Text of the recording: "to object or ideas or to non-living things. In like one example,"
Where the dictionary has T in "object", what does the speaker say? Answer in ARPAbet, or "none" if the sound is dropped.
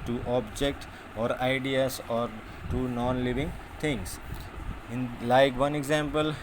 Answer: T